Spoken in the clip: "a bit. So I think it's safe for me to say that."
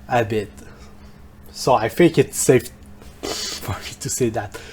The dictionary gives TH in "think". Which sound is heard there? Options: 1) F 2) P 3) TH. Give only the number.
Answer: 1